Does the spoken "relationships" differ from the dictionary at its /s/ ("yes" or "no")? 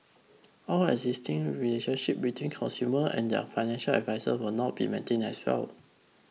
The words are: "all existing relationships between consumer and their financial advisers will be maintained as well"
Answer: yes